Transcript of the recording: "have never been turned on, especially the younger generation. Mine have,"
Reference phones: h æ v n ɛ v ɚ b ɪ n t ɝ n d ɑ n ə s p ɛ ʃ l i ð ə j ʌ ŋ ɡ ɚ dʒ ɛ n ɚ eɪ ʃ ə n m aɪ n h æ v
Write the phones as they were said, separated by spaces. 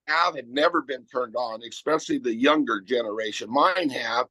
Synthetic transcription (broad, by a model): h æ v n ɛ v ɚ b ɪ n t ɝ n d n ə s p ɛ s l i ð ə j ʌ ŋ ɡ ɚ dʒ ɛ n ɚ eɪ ʃ ə n m aɪ n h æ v